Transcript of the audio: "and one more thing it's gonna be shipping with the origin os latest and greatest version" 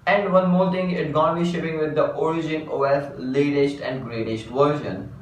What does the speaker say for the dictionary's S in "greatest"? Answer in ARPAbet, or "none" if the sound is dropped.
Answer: SH